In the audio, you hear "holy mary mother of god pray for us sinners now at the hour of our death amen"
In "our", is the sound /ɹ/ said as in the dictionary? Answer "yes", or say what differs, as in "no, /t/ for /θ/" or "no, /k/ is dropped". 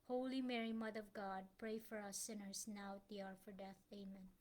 yes